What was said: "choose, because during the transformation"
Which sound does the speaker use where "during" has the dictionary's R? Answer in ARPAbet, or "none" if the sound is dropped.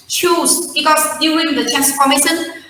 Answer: none